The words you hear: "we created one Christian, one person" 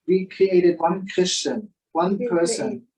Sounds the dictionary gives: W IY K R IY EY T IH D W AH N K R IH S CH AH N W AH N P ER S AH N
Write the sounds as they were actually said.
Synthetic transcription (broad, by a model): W IY K R IY EY T IH D W AH N K R IH S CH AH N W AH N P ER S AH N